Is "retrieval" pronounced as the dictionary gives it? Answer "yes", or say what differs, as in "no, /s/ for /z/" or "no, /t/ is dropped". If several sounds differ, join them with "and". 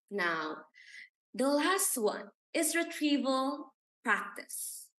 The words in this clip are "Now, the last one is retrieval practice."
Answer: yes